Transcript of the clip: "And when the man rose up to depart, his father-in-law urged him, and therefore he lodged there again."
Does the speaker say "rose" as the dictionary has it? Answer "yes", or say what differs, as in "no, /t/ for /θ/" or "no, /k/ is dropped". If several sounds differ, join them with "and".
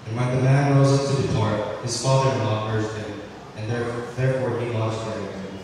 yes